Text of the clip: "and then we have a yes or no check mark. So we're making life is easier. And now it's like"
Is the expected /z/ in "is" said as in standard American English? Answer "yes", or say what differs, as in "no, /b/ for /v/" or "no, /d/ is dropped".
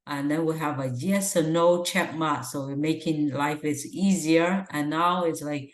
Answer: no, /s/ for /z/